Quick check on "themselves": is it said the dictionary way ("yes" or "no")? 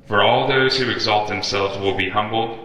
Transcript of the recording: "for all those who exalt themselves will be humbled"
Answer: yes